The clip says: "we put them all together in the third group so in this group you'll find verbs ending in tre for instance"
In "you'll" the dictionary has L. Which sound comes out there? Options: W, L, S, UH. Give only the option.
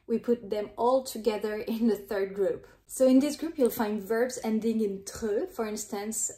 L